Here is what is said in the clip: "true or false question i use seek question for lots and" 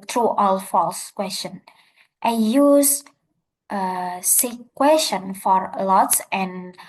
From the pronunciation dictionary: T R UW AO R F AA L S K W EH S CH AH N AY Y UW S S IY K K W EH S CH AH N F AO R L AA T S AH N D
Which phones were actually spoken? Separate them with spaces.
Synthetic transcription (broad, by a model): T R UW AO L F AA L S K W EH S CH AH N AY Y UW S S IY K K W EH S CH AH N F AO R L AA T S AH N